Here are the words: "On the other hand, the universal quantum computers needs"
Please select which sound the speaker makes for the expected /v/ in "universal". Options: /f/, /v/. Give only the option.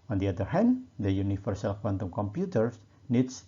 /f/